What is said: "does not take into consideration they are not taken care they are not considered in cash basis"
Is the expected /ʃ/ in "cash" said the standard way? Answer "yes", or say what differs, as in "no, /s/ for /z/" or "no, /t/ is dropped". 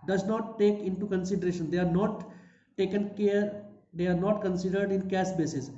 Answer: no, /s/ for /ʃ/